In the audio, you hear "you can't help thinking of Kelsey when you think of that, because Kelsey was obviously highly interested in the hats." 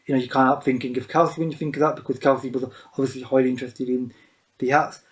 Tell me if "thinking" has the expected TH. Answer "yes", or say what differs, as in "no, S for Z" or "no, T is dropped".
yes